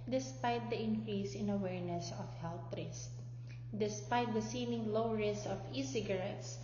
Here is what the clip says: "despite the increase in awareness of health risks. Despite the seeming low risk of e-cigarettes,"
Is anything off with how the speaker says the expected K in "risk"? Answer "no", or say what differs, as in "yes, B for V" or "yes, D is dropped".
yes, K is dropped